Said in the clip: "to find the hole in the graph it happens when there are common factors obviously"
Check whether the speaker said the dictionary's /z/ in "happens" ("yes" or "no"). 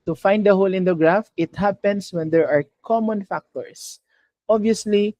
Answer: no